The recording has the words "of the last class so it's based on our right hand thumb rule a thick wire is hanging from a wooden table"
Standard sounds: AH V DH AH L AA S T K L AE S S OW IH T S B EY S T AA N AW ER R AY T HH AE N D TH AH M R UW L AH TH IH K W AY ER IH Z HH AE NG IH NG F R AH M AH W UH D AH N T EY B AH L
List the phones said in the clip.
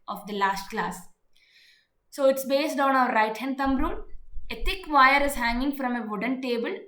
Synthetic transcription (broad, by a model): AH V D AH L AA S T K L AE S S OW IH T S B EY S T AA N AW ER R AY T HH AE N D T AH M R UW N AH T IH K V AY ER IH Z HH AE NG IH NG F R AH M AH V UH D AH N T EY B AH L